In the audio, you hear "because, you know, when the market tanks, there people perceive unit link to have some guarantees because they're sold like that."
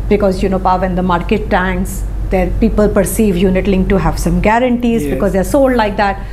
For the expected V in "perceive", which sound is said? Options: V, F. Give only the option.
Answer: V